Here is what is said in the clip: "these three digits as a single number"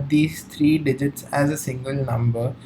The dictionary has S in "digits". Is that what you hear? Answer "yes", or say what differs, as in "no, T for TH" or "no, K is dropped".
yes